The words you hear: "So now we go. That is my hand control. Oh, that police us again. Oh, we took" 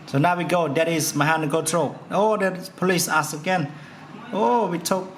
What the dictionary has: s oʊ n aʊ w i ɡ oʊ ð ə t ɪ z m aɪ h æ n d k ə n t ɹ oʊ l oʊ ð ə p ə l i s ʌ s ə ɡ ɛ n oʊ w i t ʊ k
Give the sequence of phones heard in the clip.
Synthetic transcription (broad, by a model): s oʊ n aʊ w i ɡ oʊ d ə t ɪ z m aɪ h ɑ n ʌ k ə t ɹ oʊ oʊ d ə p ə l i s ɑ s ə ɡ ɛ n oʊ w i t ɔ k